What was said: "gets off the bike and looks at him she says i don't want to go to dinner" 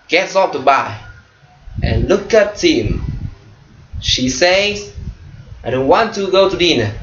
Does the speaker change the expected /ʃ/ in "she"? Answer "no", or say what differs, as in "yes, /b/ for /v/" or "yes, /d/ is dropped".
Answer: no